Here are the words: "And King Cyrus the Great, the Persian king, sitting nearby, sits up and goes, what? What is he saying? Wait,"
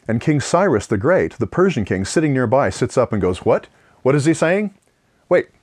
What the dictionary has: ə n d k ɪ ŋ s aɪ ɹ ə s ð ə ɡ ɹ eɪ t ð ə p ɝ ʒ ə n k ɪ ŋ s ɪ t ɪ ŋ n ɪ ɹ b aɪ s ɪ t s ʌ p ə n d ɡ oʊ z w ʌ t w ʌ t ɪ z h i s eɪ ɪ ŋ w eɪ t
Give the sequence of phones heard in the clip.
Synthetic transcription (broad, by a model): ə n k ɪ ŋ s aɪ ɹ ə s ð ə ɡ ɹ eɪ t ð ə p ɝ ʒ ə n k ɪ ŋ s ɪ t ɪ ŋ n ɪ ɹ b aɪ s ɪ t s ʌ p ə n ɡ oʊ z w ʌ t w ʌ t ɪ z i s eɪ ɪ ŋ w eɪ t